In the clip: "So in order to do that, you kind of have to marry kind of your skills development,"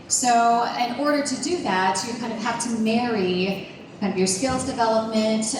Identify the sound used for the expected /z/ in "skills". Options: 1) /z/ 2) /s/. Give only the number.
1